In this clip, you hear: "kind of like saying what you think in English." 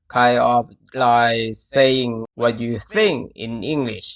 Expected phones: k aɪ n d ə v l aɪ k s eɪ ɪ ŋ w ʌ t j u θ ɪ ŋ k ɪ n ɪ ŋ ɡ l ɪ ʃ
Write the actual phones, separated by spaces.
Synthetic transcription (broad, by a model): k aɪ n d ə f l aɪ s eɪ ɪ ŋ w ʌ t j u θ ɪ ŋ k ɪ n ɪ ŋ ɡ l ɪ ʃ